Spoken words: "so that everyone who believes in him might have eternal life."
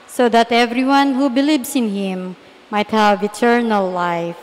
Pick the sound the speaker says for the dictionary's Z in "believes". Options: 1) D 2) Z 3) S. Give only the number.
3